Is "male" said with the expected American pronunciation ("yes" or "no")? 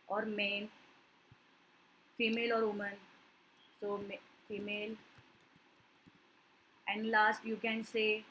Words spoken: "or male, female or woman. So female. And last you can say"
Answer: no